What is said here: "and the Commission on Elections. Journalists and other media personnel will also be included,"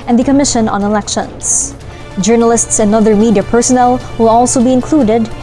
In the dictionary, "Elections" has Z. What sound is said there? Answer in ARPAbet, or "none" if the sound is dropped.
S